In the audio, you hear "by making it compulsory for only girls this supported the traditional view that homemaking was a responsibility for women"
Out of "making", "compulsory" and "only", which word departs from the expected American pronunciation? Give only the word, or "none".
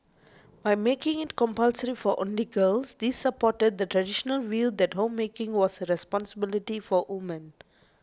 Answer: none